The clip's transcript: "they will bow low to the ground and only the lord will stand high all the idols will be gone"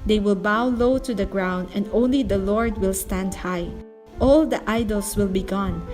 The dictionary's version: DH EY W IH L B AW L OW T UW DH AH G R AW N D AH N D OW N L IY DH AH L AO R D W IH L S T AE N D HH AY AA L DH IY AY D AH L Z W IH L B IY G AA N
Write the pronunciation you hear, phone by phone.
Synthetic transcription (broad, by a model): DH EY W IH L B AW L OW T UW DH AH G R AW N D AH N D OW N L IY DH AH L AO R D W IH L S T AE N D HH AY AA L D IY AY D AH L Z W IH L B IY G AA N